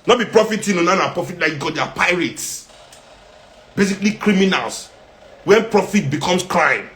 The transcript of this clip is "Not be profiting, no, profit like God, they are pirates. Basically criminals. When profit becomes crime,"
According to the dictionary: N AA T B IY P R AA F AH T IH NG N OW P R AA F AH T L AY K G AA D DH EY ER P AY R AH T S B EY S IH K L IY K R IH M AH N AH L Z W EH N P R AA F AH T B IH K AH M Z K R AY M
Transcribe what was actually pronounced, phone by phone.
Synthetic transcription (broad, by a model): N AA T B IY P R AA F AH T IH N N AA P R AA F AH T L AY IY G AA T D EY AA P AY R AH T S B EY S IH K L IY K R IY M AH N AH L S W EH N P R AA F AH T B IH K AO M S K R AY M